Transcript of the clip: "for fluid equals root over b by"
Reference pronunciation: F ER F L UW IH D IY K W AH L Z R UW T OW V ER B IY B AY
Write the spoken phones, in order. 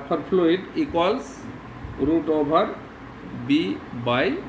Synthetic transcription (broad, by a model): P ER P L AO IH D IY K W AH L S R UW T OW B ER B IY B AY